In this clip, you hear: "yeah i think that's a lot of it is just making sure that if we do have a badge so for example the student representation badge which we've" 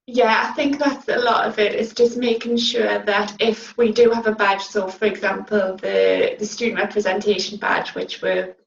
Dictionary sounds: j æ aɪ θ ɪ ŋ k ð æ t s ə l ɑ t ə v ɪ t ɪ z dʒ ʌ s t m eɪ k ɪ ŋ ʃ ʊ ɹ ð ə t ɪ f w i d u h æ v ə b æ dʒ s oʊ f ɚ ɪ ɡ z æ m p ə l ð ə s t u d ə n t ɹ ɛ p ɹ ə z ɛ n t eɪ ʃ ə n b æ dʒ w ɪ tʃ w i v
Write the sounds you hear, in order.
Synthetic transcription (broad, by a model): j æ aɪ θ ɪ ŋ k ð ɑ t s ə l ɑ t ə v ɪ t ɪ s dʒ ʌ s m eɪ k ɪ ŋ ʃ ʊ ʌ ð ə t ɪ f w i d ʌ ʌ v ə b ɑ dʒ s oʊ f ɚ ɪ ɡ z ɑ m p ə l ð ə s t u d n t ɹ ɛ p ɹ ə z ɛ n t eɪ ʃ ə n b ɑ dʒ w ɪ tʃ w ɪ